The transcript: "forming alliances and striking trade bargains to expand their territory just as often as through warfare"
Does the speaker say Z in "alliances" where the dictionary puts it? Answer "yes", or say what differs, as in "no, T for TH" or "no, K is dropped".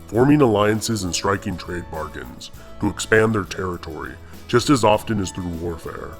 yes